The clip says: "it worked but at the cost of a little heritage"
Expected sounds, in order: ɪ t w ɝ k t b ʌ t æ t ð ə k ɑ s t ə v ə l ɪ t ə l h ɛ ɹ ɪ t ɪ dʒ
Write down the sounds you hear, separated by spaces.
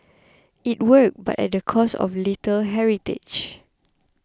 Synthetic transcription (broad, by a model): ɪ t w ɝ k b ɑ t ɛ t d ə k ɑ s ə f l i t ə l h ɛ ɹ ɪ t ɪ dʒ